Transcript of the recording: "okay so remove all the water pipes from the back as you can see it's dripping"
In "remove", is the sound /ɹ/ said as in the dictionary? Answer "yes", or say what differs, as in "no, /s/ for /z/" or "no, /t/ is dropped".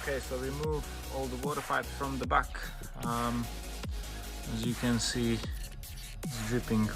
no, /w/ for /ɹ/